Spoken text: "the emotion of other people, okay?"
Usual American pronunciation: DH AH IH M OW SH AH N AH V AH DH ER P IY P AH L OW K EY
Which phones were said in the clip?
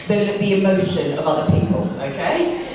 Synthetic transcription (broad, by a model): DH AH IH M OW SH AH N AH V AH DH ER P IY P AH L OW K EY